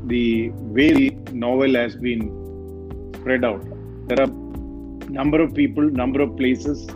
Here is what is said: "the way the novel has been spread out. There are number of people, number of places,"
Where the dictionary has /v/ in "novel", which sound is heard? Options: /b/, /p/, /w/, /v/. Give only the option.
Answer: /v/